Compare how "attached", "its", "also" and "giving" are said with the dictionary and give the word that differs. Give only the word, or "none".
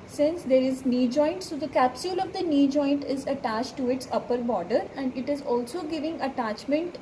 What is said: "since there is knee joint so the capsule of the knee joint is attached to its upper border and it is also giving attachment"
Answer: none